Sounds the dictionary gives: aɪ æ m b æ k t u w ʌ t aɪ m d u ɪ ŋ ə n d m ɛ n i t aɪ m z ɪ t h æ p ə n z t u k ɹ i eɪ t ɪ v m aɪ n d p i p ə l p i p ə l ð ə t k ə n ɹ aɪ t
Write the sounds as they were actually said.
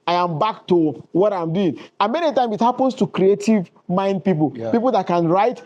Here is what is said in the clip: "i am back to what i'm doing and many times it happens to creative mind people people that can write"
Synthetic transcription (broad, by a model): aɪ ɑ m b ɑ k t u w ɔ t aɪ m d u ɪ ŋ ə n m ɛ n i t aɪ m ɪ t h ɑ p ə n s t u k ɹ i eɪ t ɪ v m aɪ n d p i p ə l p i p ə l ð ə t k ə n ɹ aɪ t